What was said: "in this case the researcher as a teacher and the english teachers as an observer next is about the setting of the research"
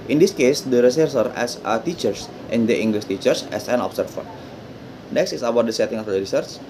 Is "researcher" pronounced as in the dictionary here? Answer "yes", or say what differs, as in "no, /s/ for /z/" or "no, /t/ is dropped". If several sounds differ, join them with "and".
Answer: no, /s/ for /tʃ/